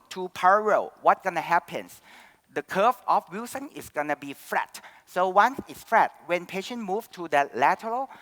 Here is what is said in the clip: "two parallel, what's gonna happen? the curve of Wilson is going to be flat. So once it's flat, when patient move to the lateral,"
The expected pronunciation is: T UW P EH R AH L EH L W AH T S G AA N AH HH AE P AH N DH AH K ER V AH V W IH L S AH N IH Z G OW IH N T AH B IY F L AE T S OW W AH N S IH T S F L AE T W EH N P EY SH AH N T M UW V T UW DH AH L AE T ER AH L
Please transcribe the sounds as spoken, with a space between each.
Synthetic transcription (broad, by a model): T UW P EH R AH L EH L W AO T G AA N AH HH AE P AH N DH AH K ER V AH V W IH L S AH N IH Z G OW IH N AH B IY F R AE T S OW W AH N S IH T S F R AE T W EH N P EY SH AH N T M UW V T UW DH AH L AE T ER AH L